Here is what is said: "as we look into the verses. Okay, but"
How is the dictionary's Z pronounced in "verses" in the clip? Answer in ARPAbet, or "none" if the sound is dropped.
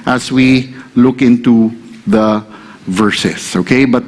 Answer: S